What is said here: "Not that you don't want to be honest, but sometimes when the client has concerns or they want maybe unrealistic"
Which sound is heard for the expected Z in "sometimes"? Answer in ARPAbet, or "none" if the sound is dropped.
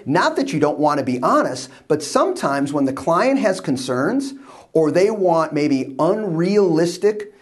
Z